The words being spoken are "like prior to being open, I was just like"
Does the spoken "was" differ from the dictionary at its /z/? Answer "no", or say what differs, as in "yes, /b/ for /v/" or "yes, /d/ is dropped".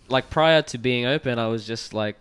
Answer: no